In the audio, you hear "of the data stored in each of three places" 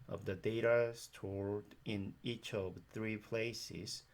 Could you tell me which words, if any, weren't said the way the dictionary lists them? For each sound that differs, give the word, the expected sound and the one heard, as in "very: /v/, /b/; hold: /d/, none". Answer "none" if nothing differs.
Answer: none